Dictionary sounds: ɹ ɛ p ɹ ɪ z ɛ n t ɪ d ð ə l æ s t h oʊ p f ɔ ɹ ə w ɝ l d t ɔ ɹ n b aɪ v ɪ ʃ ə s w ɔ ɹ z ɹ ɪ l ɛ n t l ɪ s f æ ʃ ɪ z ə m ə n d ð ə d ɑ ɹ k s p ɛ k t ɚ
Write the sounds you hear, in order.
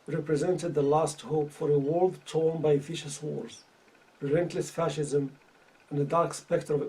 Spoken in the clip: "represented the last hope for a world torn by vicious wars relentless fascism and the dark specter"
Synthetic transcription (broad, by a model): ɹ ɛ p ɹ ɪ z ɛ n t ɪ d ð ə l æ s t h oʊ p f ɔ ɹ ə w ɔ l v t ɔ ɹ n b aɪ f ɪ ʃ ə s w ɔ ɹ z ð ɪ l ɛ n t l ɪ s f æ ʃ ɪ z ə m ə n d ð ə d ɑ ɹ k s p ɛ k t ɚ